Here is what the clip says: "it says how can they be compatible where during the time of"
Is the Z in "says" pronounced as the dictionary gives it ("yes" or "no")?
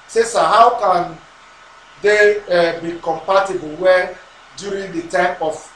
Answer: no